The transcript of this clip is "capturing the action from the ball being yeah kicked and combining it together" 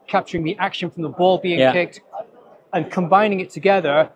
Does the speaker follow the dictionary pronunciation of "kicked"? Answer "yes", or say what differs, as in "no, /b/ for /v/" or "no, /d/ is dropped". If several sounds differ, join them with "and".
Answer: yes